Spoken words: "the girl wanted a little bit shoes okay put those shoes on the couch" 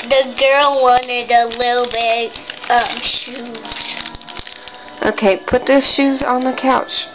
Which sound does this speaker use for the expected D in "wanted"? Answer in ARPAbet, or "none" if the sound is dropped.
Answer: D